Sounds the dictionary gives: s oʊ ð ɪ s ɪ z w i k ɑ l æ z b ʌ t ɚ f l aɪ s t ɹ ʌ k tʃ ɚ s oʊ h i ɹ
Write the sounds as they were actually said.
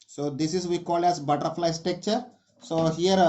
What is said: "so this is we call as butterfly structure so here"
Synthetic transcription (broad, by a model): s oʊ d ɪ s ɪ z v i k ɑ l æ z b ʌ t ɚ f l aɪ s t ɛ k tʃ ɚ s oʊ h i ɹ